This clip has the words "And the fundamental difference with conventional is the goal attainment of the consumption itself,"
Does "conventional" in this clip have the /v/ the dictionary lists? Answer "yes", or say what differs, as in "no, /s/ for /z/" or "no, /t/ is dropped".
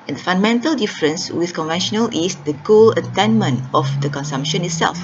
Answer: yes